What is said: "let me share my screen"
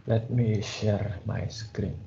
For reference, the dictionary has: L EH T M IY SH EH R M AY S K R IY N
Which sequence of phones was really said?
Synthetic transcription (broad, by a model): L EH T M IY SH EH R M AY S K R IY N